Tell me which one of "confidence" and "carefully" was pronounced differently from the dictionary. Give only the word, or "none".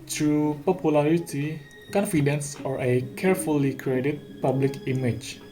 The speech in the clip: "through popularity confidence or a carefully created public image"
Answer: none